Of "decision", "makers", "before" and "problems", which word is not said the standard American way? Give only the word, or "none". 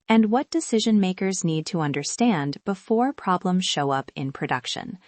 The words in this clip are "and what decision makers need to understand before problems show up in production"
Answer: none